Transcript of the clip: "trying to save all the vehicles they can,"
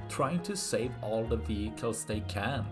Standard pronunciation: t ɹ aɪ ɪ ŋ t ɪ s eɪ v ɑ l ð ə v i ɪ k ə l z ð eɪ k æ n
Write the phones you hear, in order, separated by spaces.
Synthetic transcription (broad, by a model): t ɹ aɪ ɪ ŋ t ɪ s eɪ v ɑ l ð ə v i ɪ k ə l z ð eɪ k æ n